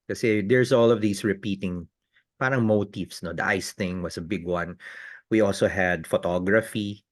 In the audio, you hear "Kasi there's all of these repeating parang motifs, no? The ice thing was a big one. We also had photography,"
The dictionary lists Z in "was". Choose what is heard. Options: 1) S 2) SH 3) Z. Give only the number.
1